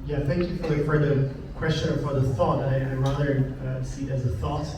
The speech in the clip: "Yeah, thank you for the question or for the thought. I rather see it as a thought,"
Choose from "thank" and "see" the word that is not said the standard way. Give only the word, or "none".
none